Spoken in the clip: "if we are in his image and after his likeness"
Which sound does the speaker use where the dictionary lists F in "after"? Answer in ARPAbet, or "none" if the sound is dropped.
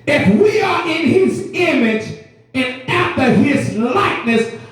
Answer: F